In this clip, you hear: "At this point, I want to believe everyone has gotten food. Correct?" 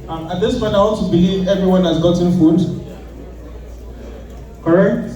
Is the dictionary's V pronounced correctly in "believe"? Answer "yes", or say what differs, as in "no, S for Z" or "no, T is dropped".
yes